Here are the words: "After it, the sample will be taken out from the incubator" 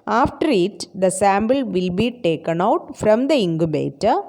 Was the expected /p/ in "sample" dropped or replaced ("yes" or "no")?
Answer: yes